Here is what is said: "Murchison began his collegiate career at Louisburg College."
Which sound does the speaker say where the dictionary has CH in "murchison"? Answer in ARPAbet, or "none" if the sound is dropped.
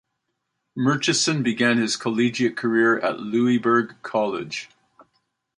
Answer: CH